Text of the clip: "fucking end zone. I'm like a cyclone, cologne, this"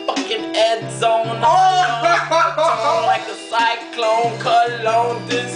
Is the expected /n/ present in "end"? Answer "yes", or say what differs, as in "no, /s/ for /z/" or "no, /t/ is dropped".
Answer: no, /n/ is dropped